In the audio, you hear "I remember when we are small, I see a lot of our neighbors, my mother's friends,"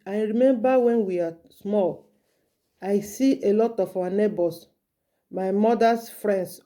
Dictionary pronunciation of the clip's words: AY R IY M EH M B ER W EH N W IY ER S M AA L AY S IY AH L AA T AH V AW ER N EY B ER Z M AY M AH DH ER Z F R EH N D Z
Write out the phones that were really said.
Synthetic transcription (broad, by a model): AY R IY M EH M B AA W EH N W IY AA S M AA L AY S IY AH L AA T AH F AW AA N EY B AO S M AY M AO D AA S F R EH N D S